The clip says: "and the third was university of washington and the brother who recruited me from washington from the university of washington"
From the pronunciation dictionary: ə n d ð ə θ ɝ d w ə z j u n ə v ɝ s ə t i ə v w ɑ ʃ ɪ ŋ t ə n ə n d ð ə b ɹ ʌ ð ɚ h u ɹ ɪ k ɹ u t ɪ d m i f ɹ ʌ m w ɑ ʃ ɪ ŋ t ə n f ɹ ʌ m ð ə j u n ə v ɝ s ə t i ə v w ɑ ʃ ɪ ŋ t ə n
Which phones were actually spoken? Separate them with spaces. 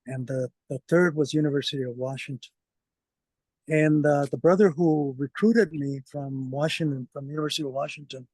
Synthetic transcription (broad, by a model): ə n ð ð ə θ ɝ d w ə z j u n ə v ɝ s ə t i ə v w ɑ ʃ ɪ ŋ t ə n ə n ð ð ə b ɹ ʌ ð ɚ h u ɹ ɪ k ɹ u t ɪ d m i f ɹ ʌ m w ɑ ʃ ɪ ŋ t ə n f ɹ ʌ m j u n ə v ɝ s ə t i ə v w ɑ ʃ ɪ ŋ t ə n